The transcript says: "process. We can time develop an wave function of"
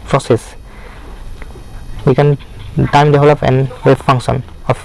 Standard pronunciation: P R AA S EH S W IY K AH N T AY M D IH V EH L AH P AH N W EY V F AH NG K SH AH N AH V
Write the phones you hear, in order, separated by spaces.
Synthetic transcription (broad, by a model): P R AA S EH S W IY K AH N T AY M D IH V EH L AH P AH N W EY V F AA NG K S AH N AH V